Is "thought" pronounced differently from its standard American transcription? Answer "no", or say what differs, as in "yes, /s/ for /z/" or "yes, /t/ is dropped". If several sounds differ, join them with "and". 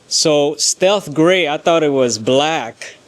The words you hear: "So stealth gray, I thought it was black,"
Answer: no